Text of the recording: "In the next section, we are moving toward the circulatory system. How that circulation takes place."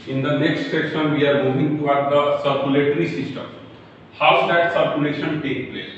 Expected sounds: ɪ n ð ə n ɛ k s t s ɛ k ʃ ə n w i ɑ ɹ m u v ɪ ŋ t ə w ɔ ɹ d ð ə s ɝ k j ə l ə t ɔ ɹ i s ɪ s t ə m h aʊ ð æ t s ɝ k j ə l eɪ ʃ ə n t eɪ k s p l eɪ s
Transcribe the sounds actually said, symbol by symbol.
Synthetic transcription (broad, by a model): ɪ n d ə n ɛ k s t s ɛ k ʃ ə n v i ɑ ɹ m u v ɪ ŋ t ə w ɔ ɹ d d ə s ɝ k j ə l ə t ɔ ɹ i s ɪ s t ə m h aʊ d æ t s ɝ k j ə l eɪ ʃ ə n t eɪ k p l eɪ s